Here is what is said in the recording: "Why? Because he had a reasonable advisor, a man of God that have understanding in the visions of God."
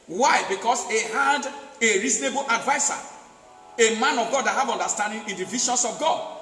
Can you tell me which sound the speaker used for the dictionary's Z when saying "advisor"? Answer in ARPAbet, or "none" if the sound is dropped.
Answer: S